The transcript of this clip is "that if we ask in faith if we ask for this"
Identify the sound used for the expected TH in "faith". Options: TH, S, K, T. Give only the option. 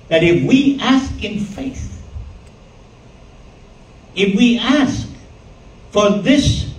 TH